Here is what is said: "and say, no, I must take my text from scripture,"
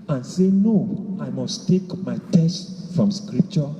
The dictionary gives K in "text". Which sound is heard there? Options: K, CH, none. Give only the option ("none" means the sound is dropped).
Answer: none